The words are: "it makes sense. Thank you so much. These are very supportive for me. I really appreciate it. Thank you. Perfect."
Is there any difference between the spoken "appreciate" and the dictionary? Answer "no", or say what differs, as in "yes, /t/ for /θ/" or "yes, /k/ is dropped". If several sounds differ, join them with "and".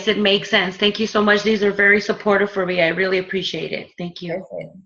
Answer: no